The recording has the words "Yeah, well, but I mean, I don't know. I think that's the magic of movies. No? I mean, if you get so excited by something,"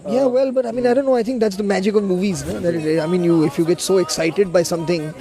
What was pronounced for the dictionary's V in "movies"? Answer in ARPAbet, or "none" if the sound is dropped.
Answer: V